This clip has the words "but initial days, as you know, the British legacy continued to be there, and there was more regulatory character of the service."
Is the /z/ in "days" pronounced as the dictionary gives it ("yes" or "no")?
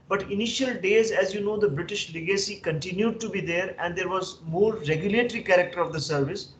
yes